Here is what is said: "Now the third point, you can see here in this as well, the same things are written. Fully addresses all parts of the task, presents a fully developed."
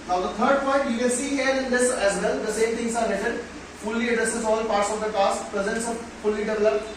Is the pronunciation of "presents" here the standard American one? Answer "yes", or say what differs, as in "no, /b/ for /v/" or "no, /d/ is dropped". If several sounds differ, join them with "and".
yes